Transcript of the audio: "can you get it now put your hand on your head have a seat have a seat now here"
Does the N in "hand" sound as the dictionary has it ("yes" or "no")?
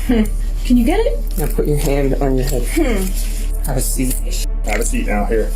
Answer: yes